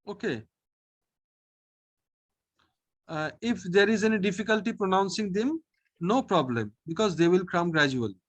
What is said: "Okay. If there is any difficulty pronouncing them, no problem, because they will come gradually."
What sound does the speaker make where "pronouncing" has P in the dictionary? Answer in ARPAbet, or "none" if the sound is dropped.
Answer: P